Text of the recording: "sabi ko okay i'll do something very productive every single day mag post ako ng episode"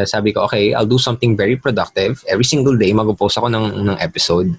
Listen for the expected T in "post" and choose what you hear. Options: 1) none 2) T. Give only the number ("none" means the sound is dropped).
1